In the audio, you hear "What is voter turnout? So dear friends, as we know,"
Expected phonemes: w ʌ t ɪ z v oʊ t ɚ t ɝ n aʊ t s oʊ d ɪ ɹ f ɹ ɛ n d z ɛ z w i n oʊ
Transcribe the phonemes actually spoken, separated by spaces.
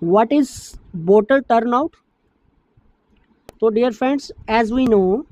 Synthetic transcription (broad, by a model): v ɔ t ɪ z b oʊ t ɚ t ɝ n aʊ t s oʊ d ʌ ɹ f ɹ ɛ n d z ɛ z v i n oʊ